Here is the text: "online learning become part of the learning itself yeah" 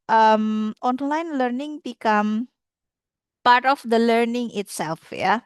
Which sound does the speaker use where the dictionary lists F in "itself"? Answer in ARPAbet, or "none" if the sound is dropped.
F